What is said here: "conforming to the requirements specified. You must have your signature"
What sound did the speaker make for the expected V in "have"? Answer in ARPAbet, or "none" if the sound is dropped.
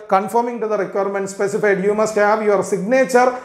V